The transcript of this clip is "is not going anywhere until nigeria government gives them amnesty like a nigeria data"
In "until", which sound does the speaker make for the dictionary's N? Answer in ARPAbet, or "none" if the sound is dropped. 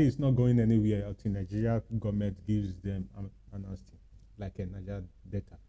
none